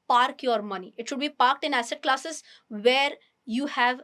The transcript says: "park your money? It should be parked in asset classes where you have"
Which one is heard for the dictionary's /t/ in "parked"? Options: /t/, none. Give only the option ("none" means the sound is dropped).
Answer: /t/